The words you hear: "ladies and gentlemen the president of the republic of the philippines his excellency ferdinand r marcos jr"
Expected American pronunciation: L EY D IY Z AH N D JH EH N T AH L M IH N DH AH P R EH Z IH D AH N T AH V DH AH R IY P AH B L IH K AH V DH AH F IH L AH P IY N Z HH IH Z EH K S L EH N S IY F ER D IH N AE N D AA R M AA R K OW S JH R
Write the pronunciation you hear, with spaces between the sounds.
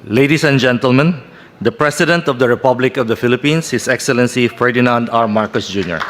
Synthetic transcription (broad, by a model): L EY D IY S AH N JH EH N T AH L M IH N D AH P R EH S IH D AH N T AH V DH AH R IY P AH B L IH K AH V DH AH F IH L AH P IY N S HH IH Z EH K S L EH N S IY F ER D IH N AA N D AA R M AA R K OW S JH R